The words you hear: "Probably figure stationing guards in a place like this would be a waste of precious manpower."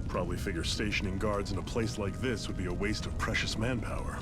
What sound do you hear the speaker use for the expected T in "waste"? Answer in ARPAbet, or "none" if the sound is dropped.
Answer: T